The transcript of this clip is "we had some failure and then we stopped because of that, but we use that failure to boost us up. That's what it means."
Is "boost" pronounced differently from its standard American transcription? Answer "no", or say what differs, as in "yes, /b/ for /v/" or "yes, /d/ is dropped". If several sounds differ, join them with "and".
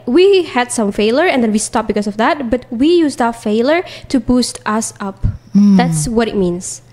no